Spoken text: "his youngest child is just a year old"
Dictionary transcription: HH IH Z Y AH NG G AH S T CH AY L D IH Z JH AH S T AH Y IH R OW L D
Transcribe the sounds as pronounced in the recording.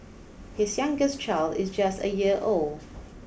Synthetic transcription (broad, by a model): HH IH Z Y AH NG G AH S CH AY L D IH Z JH AH S T AH Y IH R OW L D